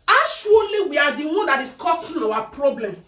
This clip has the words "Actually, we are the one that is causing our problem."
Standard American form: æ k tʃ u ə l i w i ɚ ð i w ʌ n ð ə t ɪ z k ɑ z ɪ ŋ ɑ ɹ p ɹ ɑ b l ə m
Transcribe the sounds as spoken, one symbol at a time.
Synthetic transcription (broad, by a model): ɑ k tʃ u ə l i w i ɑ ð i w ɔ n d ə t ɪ s k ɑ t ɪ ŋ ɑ w p ɹ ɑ b l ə m